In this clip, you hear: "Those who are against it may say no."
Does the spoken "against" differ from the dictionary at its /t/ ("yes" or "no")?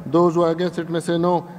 yes